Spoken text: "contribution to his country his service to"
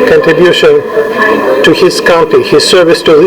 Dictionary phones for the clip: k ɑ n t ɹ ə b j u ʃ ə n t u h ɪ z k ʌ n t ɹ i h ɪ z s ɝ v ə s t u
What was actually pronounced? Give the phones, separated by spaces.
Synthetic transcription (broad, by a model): k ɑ n t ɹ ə b j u ʃ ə n t u h ɪ z k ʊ n t i h ɪ z s ɝ v ə s t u